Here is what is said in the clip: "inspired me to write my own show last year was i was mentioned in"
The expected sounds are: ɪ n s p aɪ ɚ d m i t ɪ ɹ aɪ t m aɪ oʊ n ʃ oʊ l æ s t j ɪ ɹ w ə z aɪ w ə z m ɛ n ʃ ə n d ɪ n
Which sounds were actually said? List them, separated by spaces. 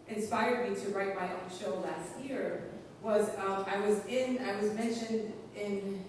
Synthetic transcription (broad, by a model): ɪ n s p aɪ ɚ d m i t ɪ ɹ aɪ t m aɪ oʊ n ʃ oʊ l æ s t j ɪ ɹ w ə z aɪ w ə z m ɛ n ʃ ə n d ɪ n